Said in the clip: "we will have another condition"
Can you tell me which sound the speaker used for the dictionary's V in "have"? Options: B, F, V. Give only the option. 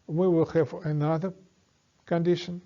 F